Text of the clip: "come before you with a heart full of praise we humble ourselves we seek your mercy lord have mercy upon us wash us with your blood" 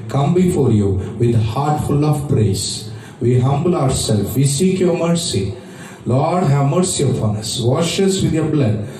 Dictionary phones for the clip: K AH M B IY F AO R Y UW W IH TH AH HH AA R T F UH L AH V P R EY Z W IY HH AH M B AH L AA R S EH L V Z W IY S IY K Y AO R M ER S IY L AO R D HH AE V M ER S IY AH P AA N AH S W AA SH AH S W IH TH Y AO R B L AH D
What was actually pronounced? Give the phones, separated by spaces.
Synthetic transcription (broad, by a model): K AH M B IY F AO R Y UW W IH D HH AA R T F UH L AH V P R EY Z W IY HH AH M B AH L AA R S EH L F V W IY S IY K Y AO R M ER S IY L AO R D HH AE V M ER S IY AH F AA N AH S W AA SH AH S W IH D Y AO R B L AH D